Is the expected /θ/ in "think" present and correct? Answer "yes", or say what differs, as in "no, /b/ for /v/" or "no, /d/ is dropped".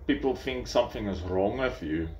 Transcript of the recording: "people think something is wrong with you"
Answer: yes